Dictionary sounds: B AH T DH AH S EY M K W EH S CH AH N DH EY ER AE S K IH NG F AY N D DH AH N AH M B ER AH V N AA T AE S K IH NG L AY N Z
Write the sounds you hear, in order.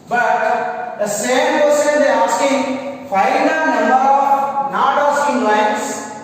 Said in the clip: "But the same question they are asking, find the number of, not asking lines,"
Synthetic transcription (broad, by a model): B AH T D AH S EY M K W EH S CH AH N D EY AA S K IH NG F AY D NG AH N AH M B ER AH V N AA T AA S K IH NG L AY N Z